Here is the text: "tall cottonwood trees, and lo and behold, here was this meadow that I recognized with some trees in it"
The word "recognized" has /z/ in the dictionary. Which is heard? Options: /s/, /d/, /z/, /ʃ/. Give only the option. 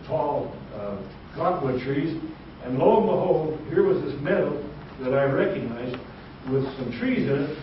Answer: /z/